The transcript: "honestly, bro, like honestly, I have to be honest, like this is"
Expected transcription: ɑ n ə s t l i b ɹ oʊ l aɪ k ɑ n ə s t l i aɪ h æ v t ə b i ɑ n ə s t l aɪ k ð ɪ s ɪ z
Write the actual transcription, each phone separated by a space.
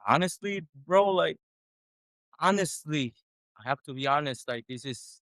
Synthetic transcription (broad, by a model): ɑ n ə s t l i b ɹ oʊ l aɪ k ɑ n ə s t l i aɪ h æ f t ə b i ɑ n ə s t l aɪ k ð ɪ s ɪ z